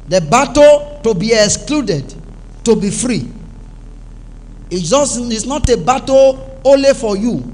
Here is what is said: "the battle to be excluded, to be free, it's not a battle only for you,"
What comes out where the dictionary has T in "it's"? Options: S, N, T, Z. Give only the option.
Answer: S